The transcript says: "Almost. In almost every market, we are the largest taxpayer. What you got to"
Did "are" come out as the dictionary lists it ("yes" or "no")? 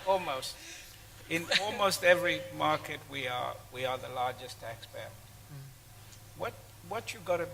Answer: no